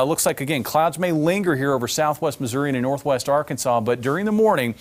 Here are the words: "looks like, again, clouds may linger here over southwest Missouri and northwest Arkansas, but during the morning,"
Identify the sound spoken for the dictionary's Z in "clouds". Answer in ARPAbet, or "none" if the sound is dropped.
Z